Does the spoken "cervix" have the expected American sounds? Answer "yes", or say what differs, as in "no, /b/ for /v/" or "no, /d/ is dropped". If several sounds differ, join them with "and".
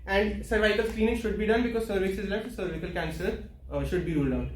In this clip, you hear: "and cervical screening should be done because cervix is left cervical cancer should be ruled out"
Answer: no, /k/ is dropped